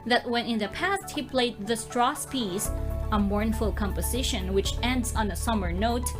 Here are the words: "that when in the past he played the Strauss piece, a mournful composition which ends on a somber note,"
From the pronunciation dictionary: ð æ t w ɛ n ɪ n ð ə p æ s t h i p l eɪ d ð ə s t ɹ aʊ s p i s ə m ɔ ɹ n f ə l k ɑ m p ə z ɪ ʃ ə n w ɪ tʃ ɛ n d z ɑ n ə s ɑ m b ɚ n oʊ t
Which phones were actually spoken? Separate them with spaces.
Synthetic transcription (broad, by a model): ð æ t w ɛ n ɪ n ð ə p æ s t h i p l eɪ d ð ə s t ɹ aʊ s p i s ə m ɔ ɹ n f ə l k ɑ m p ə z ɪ ʃ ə n w ɪ tʃ ɛ n d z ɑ n ə s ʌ m ɚ n oʊ t